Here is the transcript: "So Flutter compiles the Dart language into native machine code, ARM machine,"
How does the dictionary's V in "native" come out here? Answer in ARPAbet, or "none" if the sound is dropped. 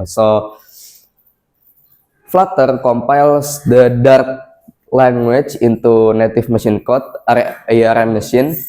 F